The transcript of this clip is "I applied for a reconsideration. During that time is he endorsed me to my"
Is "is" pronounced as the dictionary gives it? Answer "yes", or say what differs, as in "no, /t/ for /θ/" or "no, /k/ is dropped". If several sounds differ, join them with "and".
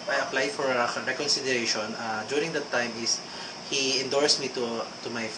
no, /s/ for /z/